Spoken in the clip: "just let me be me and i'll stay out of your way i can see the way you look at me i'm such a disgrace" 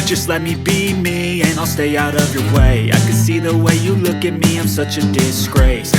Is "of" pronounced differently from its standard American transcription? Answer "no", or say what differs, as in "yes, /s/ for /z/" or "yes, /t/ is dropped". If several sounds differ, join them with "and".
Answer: no